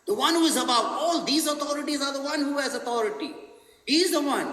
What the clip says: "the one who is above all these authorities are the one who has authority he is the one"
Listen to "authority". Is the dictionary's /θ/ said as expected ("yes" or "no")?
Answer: no